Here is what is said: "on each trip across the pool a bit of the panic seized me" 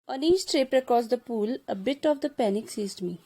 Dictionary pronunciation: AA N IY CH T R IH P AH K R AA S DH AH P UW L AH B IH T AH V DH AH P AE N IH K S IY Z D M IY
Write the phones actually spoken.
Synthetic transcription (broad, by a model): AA N IY CH T R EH P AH K AA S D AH P UW L AH B IH T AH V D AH P AE N IH K S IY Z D M IY